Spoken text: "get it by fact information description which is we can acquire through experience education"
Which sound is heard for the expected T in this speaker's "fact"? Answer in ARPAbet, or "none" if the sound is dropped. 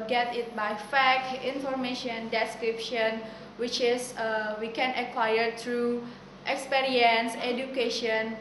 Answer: none